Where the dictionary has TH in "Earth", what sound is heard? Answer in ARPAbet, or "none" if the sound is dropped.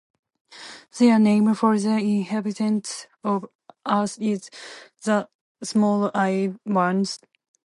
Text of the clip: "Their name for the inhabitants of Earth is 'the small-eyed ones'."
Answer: T